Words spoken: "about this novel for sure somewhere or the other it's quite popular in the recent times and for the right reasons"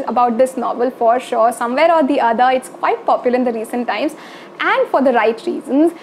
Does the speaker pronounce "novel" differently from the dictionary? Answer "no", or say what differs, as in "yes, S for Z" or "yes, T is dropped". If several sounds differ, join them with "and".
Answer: no